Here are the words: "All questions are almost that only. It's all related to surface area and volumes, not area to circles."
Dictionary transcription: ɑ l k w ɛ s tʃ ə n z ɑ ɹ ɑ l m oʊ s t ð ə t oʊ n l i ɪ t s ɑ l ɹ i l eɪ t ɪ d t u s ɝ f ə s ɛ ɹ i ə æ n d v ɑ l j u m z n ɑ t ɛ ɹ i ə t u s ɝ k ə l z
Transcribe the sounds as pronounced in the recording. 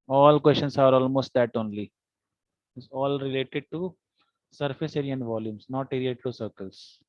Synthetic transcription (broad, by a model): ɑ l k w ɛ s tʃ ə n s ɑ ɹ ɑ l m oʊ s t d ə t oʊ n l i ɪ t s ɑ l ɹ i l eɪ t ɪ d t u s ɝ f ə s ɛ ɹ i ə n v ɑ l j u m s n ɑ t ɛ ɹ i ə t u s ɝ k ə l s